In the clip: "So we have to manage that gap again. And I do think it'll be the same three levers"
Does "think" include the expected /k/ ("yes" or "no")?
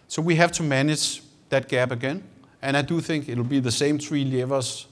yes